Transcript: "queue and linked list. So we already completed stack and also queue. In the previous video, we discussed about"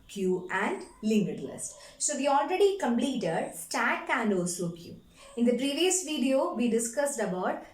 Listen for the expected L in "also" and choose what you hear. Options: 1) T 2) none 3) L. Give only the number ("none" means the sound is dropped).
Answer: 2